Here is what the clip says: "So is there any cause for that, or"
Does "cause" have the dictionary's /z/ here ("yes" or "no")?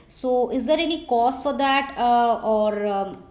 no